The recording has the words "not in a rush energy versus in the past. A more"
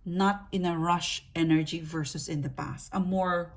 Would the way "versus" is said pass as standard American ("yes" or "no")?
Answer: yes